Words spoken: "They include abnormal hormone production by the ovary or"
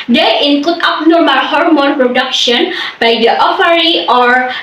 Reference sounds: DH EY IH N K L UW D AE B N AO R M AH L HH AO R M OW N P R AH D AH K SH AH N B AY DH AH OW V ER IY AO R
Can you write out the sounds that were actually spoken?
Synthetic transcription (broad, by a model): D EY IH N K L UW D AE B N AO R M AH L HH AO R M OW N P R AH D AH K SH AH N B AY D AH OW F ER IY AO R